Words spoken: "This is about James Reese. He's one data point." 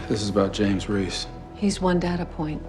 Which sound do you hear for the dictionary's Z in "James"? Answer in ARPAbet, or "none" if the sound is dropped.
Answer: Z